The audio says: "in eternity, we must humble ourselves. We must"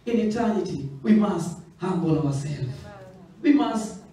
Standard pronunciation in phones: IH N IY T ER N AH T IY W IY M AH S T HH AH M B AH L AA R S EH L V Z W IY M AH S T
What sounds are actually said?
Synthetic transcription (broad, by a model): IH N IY T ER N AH T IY W IY M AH S T HH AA M B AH L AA W S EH L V W IY M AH S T